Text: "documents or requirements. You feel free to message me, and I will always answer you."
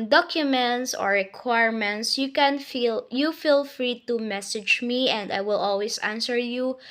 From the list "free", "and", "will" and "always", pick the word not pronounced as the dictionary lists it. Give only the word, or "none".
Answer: always